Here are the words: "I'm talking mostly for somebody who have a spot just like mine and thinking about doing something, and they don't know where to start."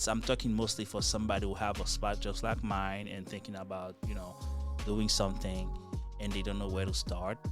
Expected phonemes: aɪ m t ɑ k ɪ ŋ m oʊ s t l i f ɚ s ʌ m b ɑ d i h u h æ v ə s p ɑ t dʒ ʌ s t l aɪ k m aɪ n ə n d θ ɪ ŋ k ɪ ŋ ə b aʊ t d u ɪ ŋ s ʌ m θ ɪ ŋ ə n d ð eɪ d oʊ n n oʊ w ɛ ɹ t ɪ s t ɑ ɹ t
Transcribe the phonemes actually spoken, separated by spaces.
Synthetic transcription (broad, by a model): aɪ m t ɑ k ɪ ŋ m oʊ s t l i f ɚ s ʌ m b ɑ d i h u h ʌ v ə s p ɑ t dʒ ʌ s t l aɪ k m aɪ n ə n θ ɪ ŋ k ɪ ŋ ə b aʊ t d u ɪ ŋ s ʌ m θ ɪ ŋ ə n ð eɪ d oʊ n n oʊ w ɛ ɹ t ɪ s t ɑ ɹ t